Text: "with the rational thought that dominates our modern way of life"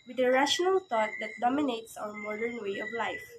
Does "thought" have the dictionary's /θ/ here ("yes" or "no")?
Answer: no